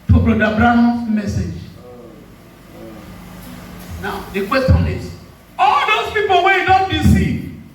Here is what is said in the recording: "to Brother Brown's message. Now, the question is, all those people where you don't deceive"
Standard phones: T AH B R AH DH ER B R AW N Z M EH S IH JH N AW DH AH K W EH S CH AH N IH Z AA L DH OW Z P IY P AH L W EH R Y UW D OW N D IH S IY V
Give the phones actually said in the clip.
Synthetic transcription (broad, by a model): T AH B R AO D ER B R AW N M EH S IH JH N AW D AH K W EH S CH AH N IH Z AA L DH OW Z P IY P AH L W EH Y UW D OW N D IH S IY